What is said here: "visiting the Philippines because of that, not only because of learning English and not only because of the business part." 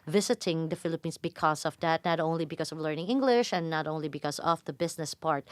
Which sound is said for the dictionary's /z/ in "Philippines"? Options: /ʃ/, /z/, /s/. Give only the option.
/s/